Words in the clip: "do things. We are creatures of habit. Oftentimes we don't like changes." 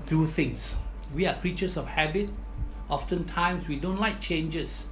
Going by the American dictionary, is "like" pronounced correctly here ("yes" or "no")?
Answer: yes